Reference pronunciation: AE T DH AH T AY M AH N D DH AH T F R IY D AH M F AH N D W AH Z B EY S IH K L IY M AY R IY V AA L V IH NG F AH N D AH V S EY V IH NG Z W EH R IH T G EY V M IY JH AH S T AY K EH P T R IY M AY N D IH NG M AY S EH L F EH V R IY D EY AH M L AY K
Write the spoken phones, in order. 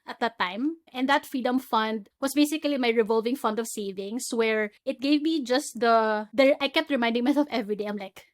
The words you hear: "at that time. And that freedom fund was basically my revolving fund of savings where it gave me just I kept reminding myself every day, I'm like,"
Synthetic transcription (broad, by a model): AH T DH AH T AY M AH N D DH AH T F R IY D AH M F AH N D W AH S B EY S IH K L IY M AY R IY V AA L V IH NG F AH N D AH V S EY V IH NG S W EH R IH T G EY V M IY JH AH S T AY K EH P T R IY M AY N D IH NG M AY S EH L F EH V R IY D EY AH M L AY K